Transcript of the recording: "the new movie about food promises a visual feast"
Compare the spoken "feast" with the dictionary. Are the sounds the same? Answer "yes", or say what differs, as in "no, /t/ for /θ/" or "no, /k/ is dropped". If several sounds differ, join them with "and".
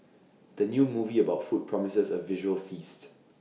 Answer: yes